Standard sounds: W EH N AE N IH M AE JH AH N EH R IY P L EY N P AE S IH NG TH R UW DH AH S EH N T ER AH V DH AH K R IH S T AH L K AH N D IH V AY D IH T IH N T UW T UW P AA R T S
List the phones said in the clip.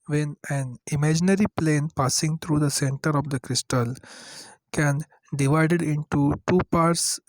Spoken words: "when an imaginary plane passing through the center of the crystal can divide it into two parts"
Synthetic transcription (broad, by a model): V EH N AE N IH M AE JH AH N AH R IY P L EY N P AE S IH NG T R UW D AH S EH N T ER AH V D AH K R IH S T AH L K AH N D IH V AY D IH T IH N T UW T UW P AA R T S